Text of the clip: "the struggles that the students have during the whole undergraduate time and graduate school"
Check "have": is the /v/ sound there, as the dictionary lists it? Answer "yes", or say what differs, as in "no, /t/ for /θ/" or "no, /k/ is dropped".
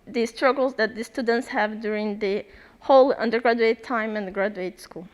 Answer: yes